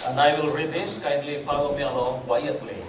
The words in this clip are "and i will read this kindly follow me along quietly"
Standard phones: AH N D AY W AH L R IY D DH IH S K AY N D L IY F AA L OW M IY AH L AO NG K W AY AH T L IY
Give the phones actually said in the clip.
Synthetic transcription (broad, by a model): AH N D AY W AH L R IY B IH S K AY N D L IY P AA W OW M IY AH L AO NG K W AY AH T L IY